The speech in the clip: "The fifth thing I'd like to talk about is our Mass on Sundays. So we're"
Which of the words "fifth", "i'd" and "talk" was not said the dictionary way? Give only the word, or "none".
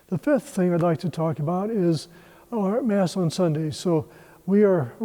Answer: none